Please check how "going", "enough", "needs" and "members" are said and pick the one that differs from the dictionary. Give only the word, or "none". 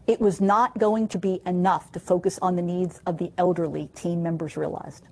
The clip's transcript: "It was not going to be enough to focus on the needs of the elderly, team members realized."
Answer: none